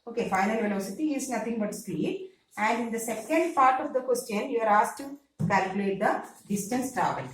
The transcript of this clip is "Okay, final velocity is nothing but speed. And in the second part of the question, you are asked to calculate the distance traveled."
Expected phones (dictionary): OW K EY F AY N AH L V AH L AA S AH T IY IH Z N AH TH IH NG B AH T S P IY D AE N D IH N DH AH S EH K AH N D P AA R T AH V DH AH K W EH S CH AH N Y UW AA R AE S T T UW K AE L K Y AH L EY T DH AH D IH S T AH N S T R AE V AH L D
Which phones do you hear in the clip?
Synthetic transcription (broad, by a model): OW K EY F AY N AH L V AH L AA S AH T IY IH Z N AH T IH NG B AH T S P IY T AE N D IH N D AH S EH K AH N D P AA R T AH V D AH K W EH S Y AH N Y UW AA R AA S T T UW K AE L K Y AH L EY T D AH D IH S T AH N S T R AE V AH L